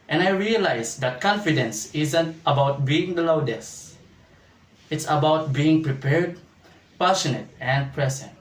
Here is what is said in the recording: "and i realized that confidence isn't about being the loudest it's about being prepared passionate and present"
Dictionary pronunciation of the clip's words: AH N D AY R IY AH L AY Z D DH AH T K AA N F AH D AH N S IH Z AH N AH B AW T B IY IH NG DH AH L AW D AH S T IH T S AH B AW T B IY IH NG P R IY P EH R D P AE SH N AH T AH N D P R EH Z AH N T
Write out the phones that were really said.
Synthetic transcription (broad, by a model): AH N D AY R IY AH L AY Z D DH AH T K AA N F AH D AH N S IH Z AH N AH B AW T B IY IH NG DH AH L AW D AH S IH T S AH B AW T B IY IH NG P R IY P EH R D P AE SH N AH T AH N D P R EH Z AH N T